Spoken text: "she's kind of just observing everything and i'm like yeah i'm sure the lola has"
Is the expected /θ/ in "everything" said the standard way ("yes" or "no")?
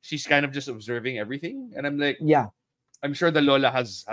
yes